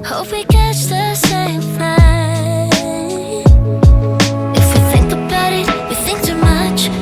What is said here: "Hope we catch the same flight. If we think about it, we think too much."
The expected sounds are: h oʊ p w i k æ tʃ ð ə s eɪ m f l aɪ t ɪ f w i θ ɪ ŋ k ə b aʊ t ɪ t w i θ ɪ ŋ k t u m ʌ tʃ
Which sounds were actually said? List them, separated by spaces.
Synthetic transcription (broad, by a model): h oʊ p w i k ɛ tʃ ð ə s eɪ m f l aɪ ɪ f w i θ ɪ ŋ k ə b aʊ t ɪ t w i θ ɪ ŋ k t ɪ m ʌ tʃ